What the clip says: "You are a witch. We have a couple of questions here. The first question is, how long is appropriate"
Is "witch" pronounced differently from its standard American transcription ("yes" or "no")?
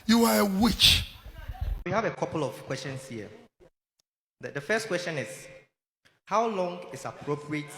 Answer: no